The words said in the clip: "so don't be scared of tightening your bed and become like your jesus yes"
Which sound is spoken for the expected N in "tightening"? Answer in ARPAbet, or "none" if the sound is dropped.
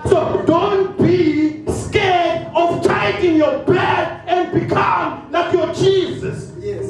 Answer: none